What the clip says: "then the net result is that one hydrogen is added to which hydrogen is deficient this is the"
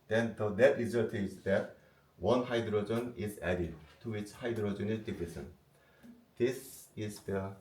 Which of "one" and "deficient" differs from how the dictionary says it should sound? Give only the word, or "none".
deficient